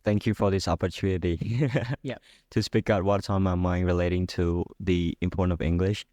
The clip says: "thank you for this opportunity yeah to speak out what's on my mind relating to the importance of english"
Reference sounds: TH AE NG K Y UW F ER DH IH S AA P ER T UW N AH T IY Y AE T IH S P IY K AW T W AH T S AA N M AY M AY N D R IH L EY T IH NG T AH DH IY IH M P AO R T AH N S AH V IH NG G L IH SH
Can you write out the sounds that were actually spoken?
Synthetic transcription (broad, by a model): TH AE NG K Y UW F ER DH IH S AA P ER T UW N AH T IY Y T IH S P IY K AW T W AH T AA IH M AY M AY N R IH L EY T IH NG T AH DH IY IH M P AO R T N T AH V IH NG G L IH SH